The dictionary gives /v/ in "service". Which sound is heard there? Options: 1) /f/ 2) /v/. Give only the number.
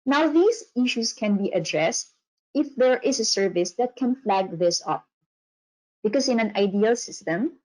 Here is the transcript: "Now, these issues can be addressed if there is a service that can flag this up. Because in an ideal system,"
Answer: 2